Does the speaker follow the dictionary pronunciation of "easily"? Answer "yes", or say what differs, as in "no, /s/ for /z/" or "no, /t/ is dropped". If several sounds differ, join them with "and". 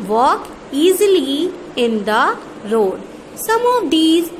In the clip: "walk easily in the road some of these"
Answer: yes